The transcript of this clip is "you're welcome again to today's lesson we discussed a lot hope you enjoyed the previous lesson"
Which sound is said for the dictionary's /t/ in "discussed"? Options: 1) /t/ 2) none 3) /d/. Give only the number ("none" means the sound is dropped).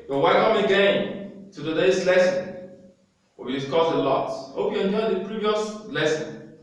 2